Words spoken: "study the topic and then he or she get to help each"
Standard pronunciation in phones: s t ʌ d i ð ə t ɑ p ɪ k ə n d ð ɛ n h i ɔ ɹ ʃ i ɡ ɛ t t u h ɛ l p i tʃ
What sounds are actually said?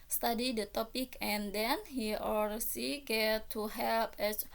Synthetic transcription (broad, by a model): s t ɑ d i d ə t ɑ p ɪ k ə n d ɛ n h i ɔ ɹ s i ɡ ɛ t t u h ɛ l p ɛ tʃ